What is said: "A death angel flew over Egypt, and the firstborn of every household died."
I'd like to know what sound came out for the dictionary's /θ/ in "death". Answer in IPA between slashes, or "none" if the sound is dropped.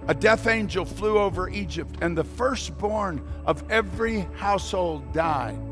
/θ/